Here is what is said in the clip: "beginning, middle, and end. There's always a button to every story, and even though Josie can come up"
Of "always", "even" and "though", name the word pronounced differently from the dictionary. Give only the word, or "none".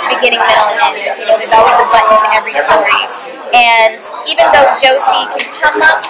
none